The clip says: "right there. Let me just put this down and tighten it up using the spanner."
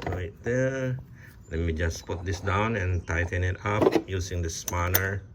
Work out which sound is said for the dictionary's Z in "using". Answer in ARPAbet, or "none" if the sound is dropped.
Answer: S